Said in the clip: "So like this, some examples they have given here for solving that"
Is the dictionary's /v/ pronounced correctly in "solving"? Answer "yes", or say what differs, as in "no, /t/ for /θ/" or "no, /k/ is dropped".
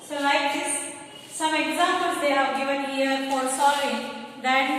no, /v/ is dropped